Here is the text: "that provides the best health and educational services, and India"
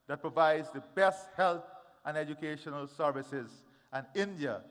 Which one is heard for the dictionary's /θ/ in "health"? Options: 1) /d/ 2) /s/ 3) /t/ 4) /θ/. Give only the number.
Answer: 3